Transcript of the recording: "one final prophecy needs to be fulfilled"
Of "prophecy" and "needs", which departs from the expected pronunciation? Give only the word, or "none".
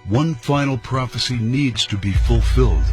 none